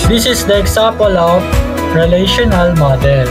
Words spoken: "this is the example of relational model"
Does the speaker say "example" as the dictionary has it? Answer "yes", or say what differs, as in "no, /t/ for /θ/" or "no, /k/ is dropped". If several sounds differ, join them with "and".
no, /m/ is dropped